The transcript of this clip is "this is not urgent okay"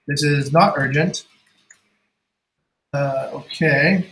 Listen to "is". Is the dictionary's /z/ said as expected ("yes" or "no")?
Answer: yes